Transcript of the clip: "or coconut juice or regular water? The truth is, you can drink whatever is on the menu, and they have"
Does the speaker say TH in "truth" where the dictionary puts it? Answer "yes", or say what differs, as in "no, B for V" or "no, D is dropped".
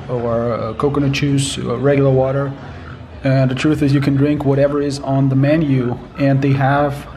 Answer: yes